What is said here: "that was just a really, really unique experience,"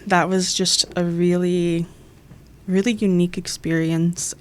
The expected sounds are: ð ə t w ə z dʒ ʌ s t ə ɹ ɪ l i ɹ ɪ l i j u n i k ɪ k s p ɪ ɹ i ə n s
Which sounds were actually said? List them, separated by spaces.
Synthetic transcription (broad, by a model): ð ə t w ə z dʒ ʌ s t ə ɹ ɪ l i ɹ ɪ l i j u n i k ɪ k s p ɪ ɹ i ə n s